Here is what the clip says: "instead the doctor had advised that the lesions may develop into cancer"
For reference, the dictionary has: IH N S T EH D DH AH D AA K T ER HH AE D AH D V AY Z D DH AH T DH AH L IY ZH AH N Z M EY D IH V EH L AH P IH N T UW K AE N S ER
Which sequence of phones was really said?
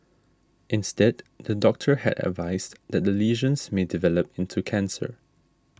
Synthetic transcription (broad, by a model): IH N S T EH D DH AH D AA K T ER HH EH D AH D V AY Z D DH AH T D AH L IY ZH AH N S M EY D IH V EH L AH P IH N T UW K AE N S ER